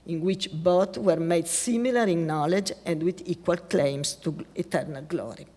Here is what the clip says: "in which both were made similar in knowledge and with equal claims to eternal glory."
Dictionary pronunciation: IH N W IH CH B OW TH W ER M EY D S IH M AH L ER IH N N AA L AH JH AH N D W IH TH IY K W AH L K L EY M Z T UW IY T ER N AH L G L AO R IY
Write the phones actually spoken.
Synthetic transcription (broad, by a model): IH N W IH CH B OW T W ER M EY D S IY M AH L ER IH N N AA L AH JH AH N D W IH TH IY K W AH L K L EY M S T UW IY T ER N AH L G L AO R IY